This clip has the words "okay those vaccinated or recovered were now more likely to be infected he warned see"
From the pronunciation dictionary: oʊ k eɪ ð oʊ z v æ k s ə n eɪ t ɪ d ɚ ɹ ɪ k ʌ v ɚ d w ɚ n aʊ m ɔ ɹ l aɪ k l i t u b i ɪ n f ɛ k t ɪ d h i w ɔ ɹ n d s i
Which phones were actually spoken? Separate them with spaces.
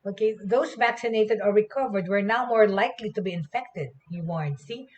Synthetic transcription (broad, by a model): oʊ k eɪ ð oʊ s v æ k s ə n eɪ t ɪ d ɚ ɹ ɪ k ʌ v ɚ d w ɚ n aʊ m ɔ ɹ l aɪ k l i t u b i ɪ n f ɛ k t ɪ d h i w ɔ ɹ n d s i